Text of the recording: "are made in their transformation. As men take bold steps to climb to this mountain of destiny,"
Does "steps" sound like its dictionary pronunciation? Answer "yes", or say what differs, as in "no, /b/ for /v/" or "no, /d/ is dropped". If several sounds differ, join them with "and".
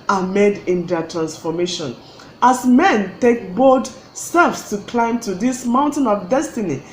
no, /f/ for /p/